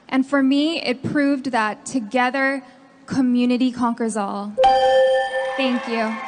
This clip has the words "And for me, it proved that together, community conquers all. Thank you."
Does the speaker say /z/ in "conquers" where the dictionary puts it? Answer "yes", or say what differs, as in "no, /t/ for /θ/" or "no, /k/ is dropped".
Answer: yes